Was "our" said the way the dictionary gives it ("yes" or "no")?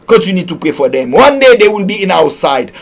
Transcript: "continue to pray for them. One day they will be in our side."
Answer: no